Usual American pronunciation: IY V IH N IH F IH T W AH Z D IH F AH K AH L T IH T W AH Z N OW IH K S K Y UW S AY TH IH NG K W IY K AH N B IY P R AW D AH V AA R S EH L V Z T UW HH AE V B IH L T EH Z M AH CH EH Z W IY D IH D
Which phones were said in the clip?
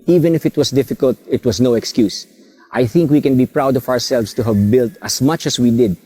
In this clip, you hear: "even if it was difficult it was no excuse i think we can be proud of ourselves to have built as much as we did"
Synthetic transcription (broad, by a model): IY V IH N IH F IH T W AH S D IH F AH K AH L T IH T W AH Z N OW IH K S K Y UW S AY TH IH NG K W IY K AH N B IY P R AW D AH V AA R S EH L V S T UW HH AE V B IH L T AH S M AH CH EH S W IY D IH D